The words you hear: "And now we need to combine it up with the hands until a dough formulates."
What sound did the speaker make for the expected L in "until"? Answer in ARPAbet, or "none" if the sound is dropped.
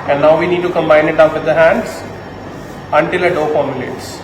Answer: L